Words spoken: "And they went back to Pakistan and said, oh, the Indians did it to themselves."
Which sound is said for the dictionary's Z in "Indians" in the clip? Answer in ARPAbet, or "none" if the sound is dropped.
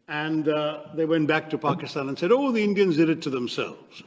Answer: Z